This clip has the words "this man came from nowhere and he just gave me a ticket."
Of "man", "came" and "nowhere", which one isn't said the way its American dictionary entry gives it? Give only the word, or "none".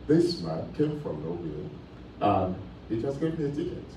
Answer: nowhere